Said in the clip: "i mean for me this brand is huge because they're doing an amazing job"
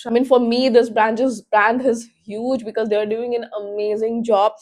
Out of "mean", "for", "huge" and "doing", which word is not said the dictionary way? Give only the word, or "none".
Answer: none